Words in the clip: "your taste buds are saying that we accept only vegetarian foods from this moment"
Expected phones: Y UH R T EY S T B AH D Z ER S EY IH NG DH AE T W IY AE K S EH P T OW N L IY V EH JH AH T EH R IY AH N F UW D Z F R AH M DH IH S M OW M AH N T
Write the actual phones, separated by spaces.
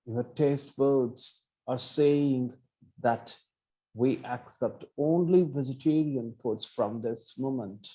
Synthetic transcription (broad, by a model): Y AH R T EY S T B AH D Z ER S EY IH NG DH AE T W IY AE K S EH P T OW N L IY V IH Z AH T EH R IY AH N P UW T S F R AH M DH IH S M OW M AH N T